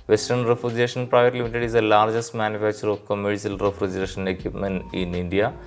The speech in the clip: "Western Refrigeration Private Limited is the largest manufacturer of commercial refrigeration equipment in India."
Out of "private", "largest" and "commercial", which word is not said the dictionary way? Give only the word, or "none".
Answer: commercial